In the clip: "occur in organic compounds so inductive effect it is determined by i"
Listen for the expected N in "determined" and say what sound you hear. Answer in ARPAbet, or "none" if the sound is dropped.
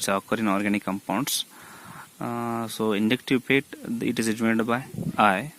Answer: none